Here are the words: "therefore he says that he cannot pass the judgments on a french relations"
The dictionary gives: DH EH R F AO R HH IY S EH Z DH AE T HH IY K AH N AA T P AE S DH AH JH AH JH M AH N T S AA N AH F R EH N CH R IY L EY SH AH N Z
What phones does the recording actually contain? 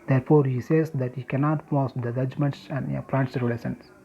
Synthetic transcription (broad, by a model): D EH R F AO R HH IY S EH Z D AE T HH IY K AH N AA T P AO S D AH JH AH JH M AH N T S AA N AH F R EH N S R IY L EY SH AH N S